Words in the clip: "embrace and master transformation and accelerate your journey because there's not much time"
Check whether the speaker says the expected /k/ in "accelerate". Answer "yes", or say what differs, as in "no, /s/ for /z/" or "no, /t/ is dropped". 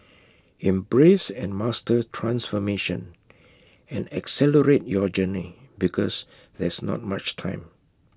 yes